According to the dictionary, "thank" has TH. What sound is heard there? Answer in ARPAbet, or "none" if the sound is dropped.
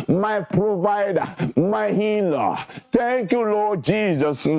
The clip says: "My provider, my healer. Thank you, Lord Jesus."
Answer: T